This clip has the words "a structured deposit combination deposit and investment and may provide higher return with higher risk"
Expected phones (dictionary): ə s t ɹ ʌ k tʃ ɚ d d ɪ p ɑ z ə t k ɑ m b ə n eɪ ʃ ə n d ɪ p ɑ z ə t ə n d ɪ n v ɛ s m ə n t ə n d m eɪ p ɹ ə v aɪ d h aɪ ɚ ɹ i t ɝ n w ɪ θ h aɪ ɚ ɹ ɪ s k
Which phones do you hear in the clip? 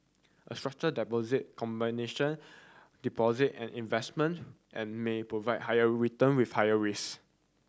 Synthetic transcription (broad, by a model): ə s t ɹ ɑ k tʃ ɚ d d ɪ p ɑ z ə t k ɑ m b ə n eɪ ʃ ə n d ɪ p ɑ z ə t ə n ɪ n v ɛ s m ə n t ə n m eɪ p ɹ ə v aɪ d h aɪ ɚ ɹ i t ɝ n w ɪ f h aɪ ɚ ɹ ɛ s